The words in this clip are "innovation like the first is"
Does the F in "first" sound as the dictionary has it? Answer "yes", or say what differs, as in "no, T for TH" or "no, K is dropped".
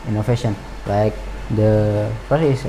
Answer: no, P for F